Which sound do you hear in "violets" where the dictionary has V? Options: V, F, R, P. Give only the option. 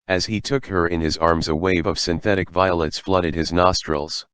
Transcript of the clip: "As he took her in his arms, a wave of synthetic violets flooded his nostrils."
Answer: V